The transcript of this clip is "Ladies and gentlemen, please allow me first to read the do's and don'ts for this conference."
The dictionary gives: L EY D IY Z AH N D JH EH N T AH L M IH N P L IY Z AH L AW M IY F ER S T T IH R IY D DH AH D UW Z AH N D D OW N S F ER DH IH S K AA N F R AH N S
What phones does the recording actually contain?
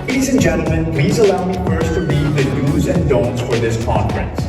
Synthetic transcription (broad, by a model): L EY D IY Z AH N JH EH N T L M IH N P L IY Z AH L AW M IY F ER S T T IH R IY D DH AH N UW Z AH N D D OW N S F ER DH IH S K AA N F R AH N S